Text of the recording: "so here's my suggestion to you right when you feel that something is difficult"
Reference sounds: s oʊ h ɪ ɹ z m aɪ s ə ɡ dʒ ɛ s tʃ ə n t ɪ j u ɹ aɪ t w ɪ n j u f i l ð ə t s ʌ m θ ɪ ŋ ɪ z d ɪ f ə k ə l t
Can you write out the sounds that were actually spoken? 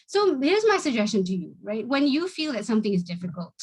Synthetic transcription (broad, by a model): s oʊ h ɪ ɹ z m aɪ s ə ɡ dʒ ɛ s tʃ ə n t ɪ j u ɹ aɪ t w ɪ n j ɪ f i l ð ə t s ʌ m θ ɪ ŋ ɪ z d ɪ f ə k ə l t